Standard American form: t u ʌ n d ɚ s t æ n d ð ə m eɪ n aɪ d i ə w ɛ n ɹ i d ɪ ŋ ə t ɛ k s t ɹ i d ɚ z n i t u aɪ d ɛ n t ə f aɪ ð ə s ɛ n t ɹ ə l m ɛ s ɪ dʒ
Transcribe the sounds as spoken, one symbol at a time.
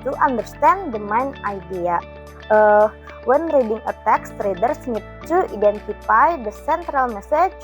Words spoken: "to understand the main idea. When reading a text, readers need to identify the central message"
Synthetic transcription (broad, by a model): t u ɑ n d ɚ s t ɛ n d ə m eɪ n aɪ d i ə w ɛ n ɹ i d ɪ ŋ ə t ɛ k s t ɹ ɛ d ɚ s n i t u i d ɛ n t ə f aɪ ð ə s ɛ n t ɹ ə l m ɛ s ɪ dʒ